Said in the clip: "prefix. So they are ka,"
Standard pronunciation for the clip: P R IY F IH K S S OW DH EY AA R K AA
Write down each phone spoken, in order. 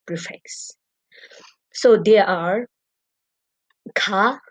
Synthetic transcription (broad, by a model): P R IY F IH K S S OW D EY AA R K AA